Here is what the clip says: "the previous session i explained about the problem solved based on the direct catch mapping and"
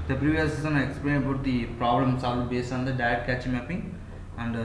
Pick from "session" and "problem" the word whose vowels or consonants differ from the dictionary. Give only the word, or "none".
session